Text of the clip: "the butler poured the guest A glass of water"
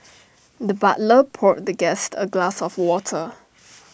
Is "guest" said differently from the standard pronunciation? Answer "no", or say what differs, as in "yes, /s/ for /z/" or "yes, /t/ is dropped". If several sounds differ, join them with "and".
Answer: no